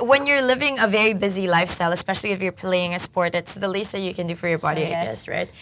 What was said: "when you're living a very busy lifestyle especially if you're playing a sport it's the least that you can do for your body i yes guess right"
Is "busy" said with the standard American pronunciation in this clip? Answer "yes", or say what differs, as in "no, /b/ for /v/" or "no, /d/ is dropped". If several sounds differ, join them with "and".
yes